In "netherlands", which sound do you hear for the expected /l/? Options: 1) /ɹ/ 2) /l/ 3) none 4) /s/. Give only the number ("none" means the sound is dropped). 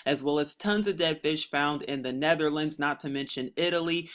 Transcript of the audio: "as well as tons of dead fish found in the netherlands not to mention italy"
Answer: 2